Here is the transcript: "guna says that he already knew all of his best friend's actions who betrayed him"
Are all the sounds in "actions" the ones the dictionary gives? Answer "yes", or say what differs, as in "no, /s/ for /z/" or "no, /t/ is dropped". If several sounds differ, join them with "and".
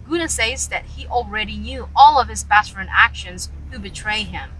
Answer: yes